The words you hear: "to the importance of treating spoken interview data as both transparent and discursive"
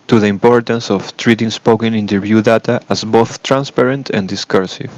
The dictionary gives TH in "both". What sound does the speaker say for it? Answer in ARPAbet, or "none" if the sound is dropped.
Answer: TH